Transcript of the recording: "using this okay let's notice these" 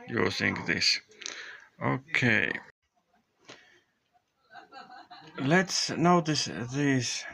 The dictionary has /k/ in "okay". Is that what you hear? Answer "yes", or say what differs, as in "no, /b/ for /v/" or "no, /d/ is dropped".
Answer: yes